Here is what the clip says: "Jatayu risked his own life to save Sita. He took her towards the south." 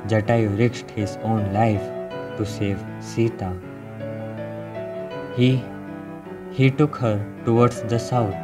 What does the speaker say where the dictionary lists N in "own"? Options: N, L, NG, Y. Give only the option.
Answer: N